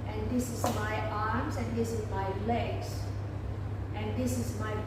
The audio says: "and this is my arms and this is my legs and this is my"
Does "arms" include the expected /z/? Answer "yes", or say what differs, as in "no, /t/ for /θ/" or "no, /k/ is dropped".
no, /s/ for /z/